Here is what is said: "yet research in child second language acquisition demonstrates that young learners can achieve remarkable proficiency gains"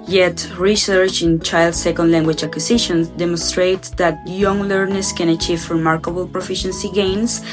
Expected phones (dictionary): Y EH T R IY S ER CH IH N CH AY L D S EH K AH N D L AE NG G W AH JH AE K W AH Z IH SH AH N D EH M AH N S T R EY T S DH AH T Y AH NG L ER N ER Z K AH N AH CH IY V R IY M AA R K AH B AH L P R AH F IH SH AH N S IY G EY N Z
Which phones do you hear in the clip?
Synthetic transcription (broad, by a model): Y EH T R IY S ER CH IH N CH AY L D S EH K AH N D L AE NG G W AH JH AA K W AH S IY SH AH N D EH M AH N S T R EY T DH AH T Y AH NG L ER N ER S K AH N AH CH IY V R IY M AA R K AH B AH L P R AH F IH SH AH N S IY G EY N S